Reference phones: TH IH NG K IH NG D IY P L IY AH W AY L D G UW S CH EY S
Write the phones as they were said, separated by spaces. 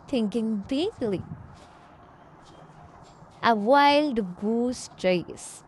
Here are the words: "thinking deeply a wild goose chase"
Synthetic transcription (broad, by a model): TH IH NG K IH NG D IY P L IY AH W AY L D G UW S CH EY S